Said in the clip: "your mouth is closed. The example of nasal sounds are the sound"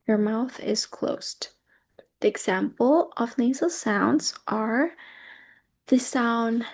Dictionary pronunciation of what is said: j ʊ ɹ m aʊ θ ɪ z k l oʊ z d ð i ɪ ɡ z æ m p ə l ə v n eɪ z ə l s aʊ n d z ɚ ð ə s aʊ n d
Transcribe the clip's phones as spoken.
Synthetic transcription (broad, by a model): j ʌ ɹ m aʊ θ ɪ z k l oʊ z ð i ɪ ɡ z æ m p l ə v n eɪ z l s aʊ n d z ɚ ð ə s aʊ n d